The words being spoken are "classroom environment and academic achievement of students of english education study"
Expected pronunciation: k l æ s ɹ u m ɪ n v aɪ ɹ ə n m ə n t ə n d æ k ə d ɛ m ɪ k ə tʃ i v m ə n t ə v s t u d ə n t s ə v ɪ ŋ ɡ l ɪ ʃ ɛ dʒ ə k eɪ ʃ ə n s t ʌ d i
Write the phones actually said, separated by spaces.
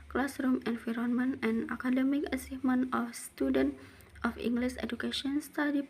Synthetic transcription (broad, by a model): k l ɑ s ɹ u m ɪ n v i ɹ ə n m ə n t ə n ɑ k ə d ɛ m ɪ k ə s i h m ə n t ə f s t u d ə n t ə f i ŋ ɡ l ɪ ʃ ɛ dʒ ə k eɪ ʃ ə n s t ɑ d i